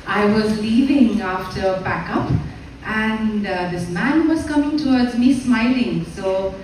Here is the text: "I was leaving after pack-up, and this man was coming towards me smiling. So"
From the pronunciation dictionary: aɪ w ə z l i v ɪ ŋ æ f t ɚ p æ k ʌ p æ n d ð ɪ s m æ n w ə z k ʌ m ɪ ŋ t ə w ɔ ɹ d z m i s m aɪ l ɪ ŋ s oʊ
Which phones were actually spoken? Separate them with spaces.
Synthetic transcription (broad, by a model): aɪ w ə z l i v ɪ ŋ æ f t ɚ b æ k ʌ p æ n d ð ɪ s m æ n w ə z k ʌ m ɪ ŋ t ə w ɔ ɹ d z m i s m aɪ l ɪ ŋ s oʊ